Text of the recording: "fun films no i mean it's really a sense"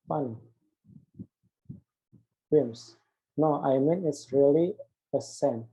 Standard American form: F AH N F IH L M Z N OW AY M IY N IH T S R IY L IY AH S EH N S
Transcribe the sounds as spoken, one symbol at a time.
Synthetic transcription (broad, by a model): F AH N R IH M S N OW AY M IY N IH T S R IY L IY AH S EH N